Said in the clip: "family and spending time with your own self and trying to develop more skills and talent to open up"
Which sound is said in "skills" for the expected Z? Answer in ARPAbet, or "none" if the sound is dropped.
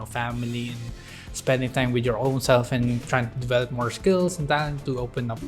S